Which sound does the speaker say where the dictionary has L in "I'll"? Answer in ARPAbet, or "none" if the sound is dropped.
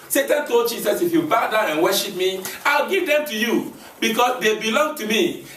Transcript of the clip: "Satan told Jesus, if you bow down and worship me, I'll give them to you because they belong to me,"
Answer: L